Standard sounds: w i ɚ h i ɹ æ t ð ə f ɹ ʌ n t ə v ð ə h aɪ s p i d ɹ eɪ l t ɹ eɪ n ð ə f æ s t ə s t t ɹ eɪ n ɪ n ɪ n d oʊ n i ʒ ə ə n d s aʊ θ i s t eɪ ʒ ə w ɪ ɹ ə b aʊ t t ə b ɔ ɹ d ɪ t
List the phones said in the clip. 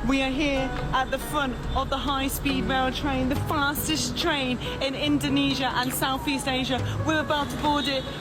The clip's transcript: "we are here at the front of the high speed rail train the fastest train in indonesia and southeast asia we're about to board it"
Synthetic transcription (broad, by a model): w i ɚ h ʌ ɹ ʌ t ð ə f ɹ ʌ n t ə v ð ə h aɪ s p i d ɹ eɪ l t ɹ eɪ n ð ə f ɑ s t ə s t t ɹ eɪ n ɪ n ɪ n d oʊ n i ʒ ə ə n s aʊ θ i s t eɪ ʒ ə w ɪ ɹ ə b aʊ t t ə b ɔ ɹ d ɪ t